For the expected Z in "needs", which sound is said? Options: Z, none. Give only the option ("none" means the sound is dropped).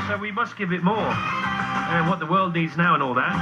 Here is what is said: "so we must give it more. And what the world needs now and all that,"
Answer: Z